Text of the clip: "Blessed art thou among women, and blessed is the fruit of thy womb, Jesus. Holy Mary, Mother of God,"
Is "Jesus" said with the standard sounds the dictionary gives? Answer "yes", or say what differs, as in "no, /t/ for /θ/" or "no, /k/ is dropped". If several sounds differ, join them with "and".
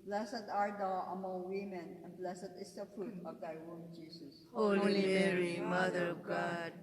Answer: no, /s/ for /z/